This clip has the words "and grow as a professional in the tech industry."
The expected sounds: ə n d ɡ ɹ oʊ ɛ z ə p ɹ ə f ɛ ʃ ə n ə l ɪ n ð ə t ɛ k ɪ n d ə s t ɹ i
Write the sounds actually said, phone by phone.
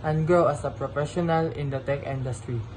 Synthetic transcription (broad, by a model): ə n ɡ oʊ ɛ s ə p ɹ ə f ɛ ʃ ə n ə l ɪ n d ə t ɛ k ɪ n d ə s t ɹ i